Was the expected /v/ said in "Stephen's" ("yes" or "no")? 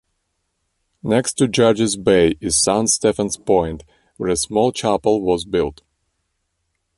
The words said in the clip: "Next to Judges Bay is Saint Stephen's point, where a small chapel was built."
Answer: no